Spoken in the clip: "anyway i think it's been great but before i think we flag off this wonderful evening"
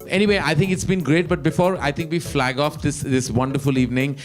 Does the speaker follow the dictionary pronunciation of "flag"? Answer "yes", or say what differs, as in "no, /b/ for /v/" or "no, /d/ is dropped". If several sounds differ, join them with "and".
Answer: yes